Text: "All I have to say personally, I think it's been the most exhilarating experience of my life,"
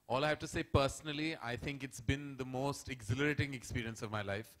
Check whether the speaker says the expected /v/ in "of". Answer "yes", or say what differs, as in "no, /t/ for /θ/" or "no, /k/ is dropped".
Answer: yes